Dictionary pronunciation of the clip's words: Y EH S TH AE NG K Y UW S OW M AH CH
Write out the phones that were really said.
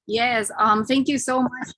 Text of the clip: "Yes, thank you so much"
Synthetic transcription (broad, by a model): Y EH S TH AE NG K Y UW S OW M AH CH